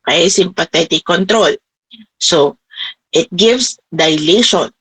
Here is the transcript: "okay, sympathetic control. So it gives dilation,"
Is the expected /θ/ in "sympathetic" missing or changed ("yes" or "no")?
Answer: yes